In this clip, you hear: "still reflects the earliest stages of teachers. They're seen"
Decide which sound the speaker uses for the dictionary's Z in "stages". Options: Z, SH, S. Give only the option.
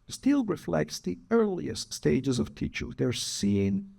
Z